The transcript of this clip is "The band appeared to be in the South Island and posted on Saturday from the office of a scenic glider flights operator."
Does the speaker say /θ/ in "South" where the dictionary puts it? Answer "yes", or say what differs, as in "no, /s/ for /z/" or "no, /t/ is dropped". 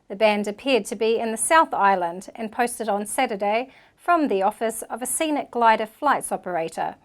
yes